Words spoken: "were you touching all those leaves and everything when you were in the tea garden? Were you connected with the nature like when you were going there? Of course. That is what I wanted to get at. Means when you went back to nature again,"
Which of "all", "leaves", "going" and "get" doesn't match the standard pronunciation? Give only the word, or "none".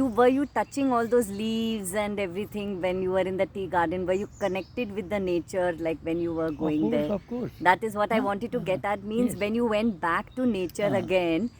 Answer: none